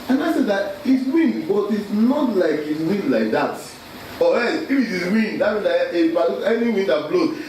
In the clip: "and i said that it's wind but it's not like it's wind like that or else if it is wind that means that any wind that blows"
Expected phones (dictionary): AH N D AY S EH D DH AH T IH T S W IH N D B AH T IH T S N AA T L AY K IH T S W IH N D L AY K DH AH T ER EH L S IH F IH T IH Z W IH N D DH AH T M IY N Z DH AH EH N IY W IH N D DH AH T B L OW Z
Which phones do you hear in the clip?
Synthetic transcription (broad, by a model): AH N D AY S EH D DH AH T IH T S W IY N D B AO T IH T S N AA T L AY K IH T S W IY N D L AY K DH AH T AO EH S IH F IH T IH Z W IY N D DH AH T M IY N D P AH EH N IY W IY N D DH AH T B L OW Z